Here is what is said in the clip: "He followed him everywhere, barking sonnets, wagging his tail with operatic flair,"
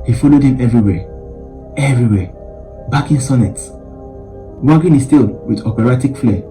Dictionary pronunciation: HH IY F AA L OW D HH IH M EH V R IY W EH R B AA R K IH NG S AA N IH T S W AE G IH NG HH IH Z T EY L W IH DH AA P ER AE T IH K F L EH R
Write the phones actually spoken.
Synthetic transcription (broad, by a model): HH IY F AA L OW D HH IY M EH V R IY W EH R B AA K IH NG S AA N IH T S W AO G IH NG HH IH S T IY L W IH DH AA P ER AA T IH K F L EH